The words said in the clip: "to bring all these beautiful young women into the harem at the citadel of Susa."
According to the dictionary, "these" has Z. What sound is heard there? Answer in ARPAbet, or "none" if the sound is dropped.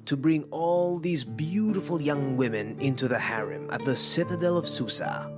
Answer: Z